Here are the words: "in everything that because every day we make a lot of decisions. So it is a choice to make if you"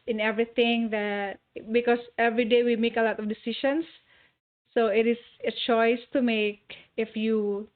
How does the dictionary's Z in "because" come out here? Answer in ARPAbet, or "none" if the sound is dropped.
S